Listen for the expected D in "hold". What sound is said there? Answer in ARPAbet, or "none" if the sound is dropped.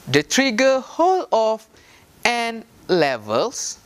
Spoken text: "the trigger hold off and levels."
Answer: none